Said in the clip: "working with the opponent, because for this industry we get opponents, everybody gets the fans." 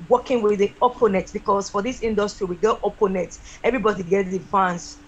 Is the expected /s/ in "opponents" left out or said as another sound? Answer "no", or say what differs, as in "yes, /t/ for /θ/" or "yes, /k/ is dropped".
yes, /s/ is dropped